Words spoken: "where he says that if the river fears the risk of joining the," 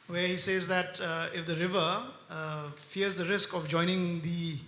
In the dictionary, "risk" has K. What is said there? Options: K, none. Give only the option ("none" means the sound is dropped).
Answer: K